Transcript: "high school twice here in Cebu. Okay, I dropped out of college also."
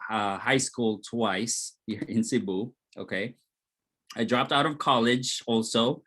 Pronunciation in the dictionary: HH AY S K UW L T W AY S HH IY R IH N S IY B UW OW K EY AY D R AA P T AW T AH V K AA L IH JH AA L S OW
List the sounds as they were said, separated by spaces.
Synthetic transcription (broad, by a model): HH AY S K UW L T W AY S HH IY R IH N S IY B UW OW K EY AY D R AA P T AW T AH V K AA L IH JH AA L S OW